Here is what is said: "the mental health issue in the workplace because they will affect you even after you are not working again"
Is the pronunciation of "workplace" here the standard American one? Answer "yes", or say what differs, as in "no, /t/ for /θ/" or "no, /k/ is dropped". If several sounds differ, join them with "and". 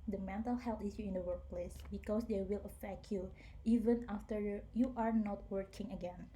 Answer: yes